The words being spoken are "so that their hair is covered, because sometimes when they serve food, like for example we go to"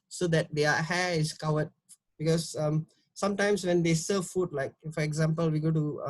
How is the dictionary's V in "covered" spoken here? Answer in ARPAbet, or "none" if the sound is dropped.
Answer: W